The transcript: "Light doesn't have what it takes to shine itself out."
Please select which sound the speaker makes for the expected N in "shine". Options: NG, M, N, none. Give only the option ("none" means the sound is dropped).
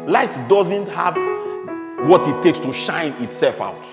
N